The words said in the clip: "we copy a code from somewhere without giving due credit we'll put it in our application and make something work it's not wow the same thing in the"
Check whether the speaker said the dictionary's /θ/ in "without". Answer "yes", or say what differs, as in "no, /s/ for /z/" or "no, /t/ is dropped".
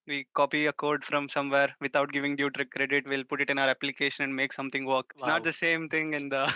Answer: no, /t/ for /θ/